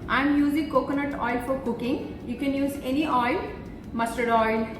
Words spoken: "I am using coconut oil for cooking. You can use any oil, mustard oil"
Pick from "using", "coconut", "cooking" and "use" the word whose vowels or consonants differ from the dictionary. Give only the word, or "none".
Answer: none